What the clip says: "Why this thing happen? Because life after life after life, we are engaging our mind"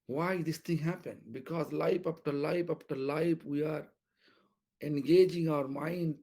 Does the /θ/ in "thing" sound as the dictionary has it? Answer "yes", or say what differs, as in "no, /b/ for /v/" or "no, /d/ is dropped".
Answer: no, /t/ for /θ/